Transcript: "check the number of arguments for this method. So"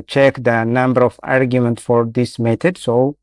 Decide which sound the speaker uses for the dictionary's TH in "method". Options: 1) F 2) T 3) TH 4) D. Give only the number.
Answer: 2